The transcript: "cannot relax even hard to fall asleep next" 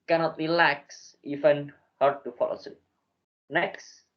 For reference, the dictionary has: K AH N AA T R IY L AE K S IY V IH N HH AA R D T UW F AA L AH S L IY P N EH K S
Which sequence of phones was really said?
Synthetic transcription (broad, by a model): K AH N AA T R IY L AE K S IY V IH N HH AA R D T UW F AA L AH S IY N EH K S